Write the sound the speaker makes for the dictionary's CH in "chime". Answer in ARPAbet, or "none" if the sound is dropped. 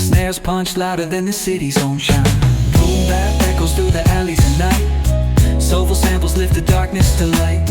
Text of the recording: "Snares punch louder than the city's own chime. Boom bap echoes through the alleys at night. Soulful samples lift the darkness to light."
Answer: SH